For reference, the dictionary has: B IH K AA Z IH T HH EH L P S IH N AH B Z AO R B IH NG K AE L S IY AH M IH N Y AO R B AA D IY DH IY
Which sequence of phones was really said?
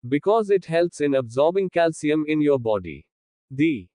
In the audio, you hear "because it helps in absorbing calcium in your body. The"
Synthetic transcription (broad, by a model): B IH K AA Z IH T HH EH L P S IH N AH B Z AO R B IH NG K AE L S IY AH M IH N Y AO R B AA D IY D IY